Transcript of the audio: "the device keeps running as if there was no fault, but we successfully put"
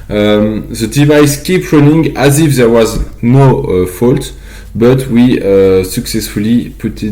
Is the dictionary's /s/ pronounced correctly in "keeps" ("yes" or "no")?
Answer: no